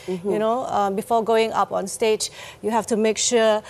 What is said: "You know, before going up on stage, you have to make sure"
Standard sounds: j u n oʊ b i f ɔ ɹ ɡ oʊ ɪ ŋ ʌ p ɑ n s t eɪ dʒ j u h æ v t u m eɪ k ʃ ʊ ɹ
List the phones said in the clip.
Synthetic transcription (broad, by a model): j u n oʊ b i f ɔ ɡ oʊ ɪ ŋ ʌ p ɑ n s t eɪ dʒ j u h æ f t u m eɪ k ʃ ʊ